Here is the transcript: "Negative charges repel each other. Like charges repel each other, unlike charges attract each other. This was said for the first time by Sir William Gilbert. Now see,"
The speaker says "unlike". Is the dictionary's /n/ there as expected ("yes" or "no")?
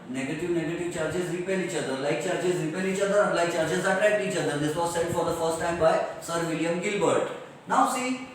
no